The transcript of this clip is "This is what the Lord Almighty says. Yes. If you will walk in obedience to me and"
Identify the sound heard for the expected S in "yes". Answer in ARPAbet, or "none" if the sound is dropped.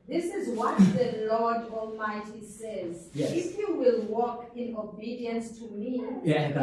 none